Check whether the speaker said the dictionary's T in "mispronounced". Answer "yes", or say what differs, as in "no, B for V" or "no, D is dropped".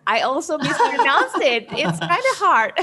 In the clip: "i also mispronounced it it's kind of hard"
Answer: no, T is dropped